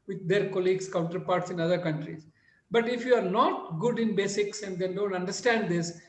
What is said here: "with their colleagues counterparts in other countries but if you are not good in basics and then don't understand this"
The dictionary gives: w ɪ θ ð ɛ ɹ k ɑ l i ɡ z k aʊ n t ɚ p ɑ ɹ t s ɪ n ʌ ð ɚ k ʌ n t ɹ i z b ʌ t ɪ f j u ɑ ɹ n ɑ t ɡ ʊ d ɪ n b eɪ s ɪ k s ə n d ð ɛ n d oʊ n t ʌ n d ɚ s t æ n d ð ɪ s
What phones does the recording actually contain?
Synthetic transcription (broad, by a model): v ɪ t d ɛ ɹ k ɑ l i ɡ s k aʊ n t ɚ p ɑ ɹ t s ɪ n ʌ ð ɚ k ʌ n t ɹ i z b ʌ t ɪ f j u ɑ ɹ n ɑ t ɡ ʊ d ɪ n b eɪ s ɪ k s ə n d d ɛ n d oʊ n t ʌ n d ɚ s t æ n d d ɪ s